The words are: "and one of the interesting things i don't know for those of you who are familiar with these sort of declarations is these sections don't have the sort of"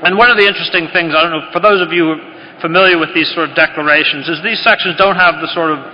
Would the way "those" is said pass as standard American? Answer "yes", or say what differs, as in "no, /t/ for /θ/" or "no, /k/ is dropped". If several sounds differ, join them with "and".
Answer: yes